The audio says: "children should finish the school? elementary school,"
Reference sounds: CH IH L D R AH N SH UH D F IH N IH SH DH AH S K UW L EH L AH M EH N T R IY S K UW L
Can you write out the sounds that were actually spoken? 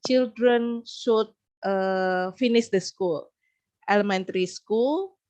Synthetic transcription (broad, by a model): CH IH L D R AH N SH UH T F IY N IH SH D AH S K UW L EH L AH M EH N T R IY S K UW L